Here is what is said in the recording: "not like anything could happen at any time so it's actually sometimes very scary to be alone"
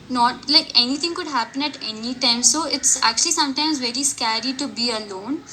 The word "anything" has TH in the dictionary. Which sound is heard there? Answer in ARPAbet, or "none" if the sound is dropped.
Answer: T